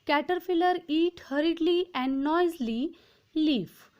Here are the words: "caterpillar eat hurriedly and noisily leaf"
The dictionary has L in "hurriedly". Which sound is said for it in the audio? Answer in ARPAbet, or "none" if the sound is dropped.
L